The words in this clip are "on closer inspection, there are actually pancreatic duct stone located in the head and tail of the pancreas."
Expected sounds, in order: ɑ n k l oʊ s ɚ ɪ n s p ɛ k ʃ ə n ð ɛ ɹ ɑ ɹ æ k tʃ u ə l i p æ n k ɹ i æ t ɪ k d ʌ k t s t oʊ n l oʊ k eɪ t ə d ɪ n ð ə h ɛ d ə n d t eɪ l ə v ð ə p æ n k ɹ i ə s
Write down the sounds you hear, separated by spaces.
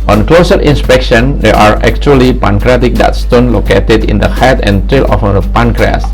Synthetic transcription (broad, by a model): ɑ n k l oʊ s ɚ ɪ n s p ɛ k ʃ ə n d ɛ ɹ ɑ ɹ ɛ k tʃ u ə l i p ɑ n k ɹ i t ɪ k d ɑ t s t oʊ n l oʊ k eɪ t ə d ɪ n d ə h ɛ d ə n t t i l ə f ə p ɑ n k ɹ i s